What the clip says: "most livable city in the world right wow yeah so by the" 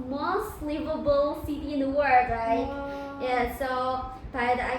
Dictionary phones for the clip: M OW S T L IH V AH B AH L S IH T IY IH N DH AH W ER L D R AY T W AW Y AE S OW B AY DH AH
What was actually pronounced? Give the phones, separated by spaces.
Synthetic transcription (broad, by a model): M OW S T L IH V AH B L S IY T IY IH N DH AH W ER D R AY T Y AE S OW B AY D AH